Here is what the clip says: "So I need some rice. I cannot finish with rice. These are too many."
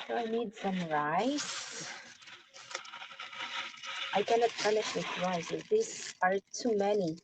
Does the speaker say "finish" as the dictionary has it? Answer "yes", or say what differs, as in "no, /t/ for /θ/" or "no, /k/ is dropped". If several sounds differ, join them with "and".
no, /p/ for /f/